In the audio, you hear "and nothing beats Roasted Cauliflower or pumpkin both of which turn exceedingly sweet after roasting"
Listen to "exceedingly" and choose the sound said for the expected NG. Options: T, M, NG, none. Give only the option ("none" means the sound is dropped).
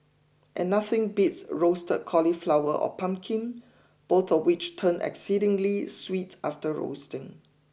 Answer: NG